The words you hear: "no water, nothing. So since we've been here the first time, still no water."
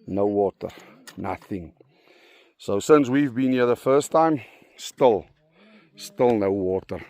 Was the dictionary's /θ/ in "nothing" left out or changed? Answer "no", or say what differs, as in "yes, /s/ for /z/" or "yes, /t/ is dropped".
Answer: no